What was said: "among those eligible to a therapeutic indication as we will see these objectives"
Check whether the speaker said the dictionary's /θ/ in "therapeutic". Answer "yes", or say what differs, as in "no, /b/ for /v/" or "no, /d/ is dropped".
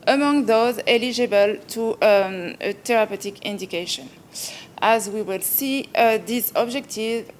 no, /t/ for /θ/